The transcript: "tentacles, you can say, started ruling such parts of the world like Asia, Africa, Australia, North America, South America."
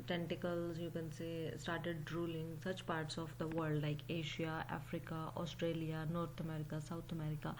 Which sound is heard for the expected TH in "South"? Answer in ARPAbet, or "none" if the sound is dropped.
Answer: T